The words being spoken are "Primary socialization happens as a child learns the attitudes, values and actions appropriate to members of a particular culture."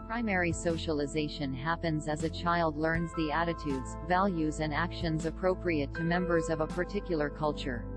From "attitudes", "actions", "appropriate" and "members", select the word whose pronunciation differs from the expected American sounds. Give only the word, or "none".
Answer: none